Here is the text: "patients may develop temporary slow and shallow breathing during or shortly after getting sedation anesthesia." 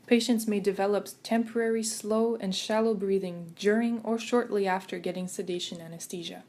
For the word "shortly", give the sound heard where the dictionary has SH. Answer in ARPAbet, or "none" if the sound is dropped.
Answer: SH